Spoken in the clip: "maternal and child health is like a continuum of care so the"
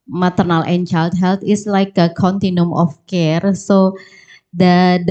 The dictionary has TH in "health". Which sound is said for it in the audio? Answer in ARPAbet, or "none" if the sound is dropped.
T